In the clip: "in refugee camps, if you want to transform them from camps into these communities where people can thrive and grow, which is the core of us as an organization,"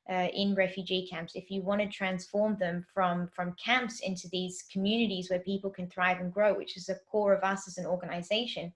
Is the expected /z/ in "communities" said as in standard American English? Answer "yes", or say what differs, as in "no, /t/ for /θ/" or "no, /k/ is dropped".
yes